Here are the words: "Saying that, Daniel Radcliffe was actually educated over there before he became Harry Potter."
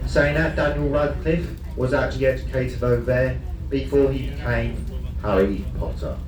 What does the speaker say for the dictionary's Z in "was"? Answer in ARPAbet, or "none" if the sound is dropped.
Z